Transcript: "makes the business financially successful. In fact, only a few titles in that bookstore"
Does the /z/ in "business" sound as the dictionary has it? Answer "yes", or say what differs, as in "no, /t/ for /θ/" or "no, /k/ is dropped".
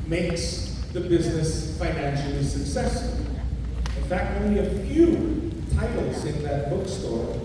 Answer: yes